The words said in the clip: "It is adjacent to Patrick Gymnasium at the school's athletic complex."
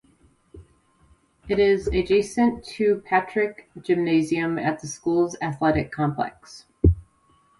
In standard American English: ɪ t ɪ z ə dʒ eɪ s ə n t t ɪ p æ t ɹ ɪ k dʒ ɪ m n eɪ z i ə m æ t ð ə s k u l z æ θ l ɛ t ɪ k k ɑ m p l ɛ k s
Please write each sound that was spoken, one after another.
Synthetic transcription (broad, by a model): ɪ t ɪ z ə dʒ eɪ s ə n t t ɪ p æ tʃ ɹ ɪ k dʒ ɪ m n eɪ z i ə m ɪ t ð ə s k u l z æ θ l ɛ t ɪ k k ɑ m p l ɛ k s